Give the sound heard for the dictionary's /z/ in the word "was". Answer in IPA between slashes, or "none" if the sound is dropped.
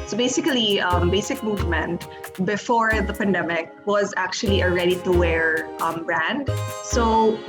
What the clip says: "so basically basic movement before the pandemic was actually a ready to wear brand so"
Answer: /z/